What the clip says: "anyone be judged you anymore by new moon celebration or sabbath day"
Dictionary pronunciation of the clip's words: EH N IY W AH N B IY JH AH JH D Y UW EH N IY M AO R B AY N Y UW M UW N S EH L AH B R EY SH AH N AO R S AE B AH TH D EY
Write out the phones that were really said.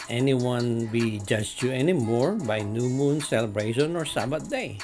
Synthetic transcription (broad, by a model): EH N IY W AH N B IY JH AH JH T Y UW EH N IY M AO R B AY N Y UW M UW N S EH L AH B R EY SH AH N AO R S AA B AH T D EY